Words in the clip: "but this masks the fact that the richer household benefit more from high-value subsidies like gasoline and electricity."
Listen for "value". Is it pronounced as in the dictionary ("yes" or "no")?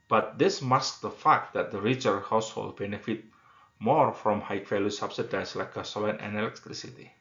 no